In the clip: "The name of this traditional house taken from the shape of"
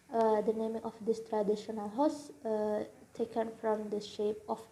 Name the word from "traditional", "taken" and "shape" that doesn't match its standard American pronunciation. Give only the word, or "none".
none